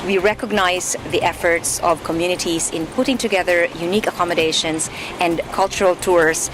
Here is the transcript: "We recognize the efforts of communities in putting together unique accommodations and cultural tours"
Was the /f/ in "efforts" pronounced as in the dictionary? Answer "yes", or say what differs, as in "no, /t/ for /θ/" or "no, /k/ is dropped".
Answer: yes